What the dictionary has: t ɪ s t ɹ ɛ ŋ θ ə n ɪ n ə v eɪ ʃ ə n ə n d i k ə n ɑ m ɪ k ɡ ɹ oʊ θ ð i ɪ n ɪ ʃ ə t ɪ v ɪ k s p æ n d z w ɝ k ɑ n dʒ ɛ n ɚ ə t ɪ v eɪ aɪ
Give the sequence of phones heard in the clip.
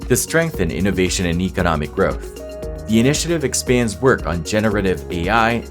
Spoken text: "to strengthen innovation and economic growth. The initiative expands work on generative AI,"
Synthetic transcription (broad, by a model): t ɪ s t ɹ ɛ ŋ θ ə n ɪ n ə v eɪ ʃ ə n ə n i k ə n ɑ m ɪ k ɡ ɹ oʊ θ ð i ɪ n ɪ ʃ ə t ɪ v ɪ k s p æ n d z w ɝ k n dʒ ɛ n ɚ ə t ɪ v eɪ aɪ